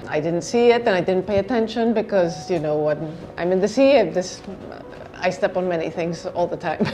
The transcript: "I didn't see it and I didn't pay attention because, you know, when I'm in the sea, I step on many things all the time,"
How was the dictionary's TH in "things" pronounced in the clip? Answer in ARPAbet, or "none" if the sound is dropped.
TH